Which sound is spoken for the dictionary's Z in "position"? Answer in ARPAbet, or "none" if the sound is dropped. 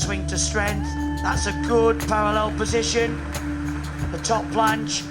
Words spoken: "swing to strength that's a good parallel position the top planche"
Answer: Z